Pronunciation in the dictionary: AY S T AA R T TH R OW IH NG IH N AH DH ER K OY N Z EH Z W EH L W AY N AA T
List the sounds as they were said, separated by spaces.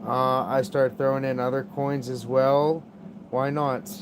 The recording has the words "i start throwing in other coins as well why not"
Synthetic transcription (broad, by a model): AY S T AA R T TH R OW IH NG IH N AH DH ER K OY N Z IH Z W EH L W AY N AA T